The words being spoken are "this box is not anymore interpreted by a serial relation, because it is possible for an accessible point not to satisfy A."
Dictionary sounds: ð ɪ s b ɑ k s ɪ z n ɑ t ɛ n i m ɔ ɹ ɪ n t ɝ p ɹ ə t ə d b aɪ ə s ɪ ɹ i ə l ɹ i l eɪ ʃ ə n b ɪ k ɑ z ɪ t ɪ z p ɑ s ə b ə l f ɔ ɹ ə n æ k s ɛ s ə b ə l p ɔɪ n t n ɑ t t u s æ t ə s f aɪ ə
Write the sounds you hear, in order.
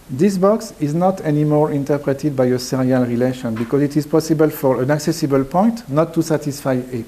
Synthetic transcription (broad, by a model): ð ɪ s b ɑ k s ɪ z n ɑ t ɛ n i m ɔ ɹ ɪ n t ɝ p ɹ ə t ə d b aɪ ə s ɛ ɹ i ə l ɹ i l eɪ ʃ ə n b ɪ k ɑ z ɪ t ɪ z p ɑ s ə b ə l f ɔ ɹ ə n æ k s ɛ s ə b ə l p ɔɪ n t n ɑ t t u s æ t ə s f aɪ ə